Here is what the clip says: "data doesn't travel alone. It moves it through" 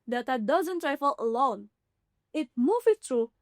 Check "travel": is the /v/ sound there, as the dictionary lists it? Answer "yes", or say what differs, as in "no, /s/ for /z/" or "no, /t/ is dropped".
no, /f/ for /v/